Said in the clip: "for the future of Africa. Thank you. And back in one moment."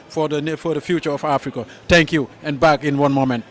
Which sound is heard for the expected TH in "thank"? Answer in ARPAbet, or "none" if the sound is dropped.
T